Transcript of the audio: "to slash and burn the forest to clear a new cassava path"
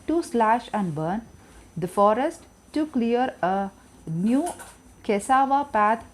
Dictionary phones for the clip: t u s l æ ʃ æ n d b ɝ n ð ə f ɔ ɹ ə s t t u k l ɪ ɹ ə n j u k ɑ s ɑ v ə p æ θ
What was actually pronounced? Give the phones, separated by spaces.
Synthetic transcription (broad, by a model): t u s l æ ʃ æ n d b ɝ n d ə f ɔ ɹ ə s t t u k l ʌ ɹ ə n j u k ɑ s ɑ v ə p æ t